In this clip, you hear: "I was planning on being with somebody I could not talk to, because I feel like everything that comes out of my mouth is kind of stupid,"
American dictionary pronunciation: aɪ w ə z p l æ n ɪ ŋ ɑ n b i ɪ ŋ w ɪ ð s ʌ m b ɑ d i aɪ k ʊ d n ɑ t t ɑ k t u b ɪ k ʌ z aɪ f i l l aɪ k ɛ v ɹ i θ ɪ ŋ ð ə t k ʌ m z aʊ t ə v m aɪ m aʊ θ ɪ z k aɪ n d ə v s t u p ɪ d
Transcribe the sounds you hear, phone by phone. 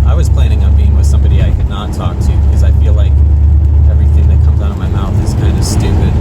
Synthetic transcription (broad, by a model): aɪ w ə z p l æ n ɪ ŋ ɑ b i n w ɪ ð s ʌ m b ɑ d i aɪ k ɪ d n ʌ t t ɑ k t u b ɪ k ʌ z aɪ f i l l aɪ k ɛ v ɹ i θ ɪ ŋ ð ə t k ʌ m z aʊ t ə v m aɪ m aʊ θ ɪ z k aɪ n d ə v s t u p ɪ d